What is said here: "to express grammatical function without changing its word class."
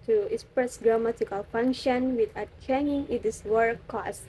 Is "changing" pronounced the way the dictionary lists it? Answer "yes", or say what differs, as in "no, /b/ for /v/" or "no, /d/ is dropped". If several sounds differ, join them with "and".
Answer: no, /dʒ/ is dropped